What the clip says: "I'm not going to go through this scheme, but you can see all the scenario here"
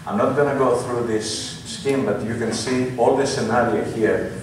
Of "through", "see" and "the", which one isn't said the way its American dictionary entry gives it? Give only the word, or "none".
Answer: none